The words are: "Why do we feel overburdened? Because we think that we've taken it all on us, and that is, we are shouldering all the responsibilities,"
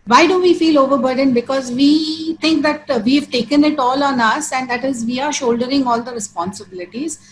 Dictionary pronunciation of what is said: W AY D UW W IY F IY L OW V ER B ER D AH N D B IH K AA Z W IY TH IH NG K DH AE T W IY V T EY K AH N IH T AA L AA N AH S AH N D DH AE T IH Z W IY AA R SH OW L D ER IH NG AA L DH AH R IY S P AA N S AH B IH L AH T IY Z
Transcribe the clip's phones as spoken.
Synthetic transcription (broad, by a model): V AY D UW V IY F IY L OW V ER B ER D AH N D B IH K AA Z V IY T IH NG K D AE T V IY V T EY K AH N IH T AA L AA N AH S AH N D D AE T IH Z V IY AA R SH OW L D ER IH NG AA L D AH R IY S P AA N S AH B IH L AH T IY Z